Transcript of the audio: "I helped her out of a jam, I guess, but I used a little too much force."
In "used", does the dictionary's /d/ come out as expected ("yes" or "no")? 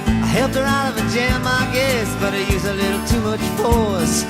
no